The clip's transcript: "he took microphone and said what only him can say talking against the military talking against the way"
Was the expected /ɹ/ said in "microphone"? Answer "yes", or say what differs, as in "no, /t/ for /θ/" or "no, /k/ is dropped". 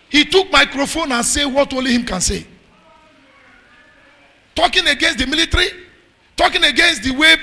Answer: yes